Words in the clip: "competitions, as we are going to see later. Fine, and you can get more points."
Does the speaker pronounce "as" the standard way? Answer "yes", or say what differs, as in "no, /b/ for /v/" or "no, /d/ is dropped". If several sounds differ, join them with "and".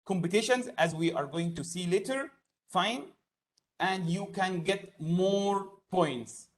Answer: yes